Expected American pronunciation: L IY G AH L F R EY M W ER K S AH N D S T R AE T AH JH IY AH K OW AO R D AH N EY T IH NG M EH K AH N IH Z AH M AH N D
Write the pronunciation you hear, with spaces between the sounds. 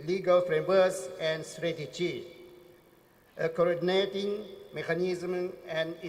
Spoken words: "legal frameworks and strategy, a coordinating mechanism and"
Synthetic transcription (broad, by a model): L IY G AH L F R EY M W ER S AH N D S T R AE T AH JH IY AH K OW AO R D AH N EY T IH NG M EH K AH N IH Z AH M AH N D